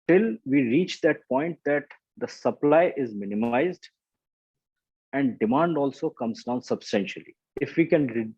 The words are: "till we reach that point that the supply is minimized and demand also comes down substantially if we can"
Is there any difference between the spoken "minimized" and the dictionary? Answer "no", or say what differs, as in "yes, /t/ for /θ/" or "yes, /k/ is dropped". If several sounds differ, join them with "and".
no